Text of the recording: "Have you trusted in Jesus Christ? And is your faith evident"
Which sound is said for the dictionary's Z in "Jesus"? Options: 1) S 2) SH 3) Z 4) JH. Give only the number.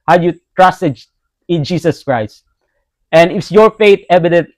1